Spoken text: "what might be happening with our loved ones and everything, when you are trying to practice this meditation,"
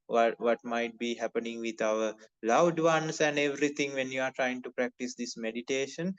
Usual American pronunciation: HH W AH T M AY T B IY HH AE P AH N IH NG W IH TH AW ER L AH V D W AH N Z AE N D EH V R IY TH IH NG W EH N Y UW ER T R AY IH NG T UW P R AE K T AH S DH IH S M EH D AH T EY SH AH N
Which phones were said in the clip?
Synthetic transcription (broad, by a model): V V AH T M AY T B IY HH AE P AH N IH NG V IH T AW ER L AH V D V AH N S AE N D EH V R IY T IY NG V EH N Y UW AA T R AY IH NG T UW P R AE K T AH S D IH S M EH D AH T EY SH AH N